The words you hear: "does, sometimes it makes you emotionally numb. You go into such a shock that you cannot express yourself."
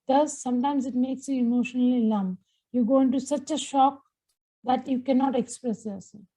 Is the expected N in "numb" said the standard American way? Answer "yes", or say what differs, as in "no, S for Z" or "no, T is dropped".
no, L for N